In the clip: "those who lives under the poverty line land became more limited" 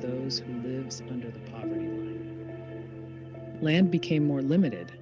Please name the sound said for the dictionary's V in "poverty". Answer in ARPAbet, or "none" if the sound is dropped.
V